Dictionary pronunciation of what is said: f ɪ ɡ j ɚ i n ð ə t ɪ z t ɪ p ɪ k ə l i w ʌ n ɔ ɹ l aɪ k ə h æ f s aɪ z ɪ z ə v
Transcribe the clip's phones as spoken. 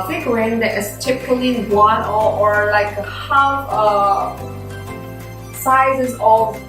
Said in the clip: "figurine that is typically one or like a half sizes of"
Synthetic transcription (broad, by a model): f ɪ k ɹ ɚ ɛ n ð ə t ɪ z t ɪ p ɪ k ə l i w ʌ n ɔ ɹ l aɪ k ə h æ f s aɪ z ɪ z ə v